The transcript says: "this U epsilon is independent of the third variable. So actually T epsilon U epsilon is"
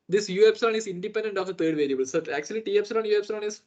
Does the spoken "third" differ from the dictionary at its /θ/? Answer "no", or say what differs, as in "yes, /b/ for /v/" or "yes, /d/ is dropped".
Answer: yes, /t/ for /θ/